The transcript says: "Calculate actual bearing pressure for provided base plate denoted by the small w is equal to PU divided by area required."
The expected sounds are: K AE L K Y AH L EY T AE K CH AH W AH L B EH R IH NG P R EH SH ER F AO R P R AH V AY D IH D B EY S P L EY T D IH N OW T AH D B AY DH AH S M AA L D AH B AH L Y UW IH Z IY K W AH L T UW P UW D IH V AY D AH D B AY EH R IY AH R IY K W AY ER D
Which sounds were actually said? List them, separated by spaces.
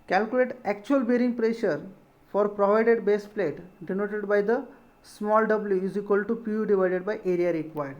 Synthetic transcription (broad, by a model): K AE L K Y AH L EY T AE K CH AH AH L B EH R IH NG P R EH SH ER F AO R P R AH V AY D IH D B EY S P L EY T D IH N OW T AH D B AY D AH S M AA L D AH B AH L Y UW IH Z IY K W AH L T UW P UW D IH V AY D AH D B AY EH R IY AH R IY K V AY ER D